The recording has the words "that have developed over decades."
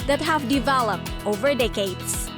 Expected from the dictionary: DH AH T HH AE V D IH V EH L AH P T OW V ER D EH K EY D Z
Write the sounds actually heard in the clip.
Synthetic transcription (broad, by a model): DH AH T HH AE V D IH V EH L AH P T OW V ER D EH K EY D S